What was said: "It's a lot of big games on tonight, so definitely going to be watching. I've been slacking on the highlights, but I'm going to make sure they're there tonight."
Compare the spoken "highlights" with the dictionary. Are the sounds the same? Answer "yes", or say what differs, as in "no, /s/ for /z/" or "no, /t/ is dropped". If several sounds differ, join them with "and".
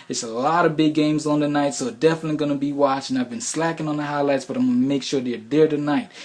yes